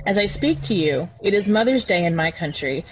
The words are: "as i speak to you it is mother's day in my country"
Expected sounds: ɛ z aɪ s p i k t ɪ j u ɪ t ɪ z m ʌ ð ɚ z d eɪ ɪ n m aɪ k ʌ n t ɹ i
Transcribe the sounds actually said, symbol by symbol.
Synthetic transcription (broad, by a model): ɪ z aɪ s p i k t ɪ j u ɪ t ɪ z m ʌ ð ɚ z d eɪ ɪ n m aɪ k ʌ n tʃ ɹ i